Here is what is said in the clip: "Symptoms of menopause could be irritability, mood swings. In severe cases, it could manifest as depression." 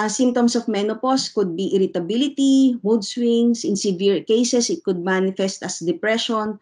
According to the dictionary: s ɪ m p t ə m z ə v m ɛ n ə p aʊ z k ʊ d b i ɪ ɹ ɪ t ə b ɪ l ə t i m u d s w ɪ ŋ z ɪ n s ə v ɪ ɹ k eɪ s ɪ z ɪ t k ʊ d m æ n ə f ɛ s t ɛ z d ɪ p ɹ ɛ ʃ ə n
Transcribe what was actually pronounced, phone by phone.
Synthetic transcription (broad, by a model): s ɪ m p t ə m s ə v m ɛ n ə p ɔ s k ʊ d b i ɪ ɹ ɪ t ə b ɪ l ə t i m u d s w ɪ ŋ s ɪ n s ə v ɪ ɹ k eɪ s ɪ s ɪ t k ʊ d m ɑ n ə f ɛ s t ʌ s d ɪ p ɹ ɛ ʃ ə n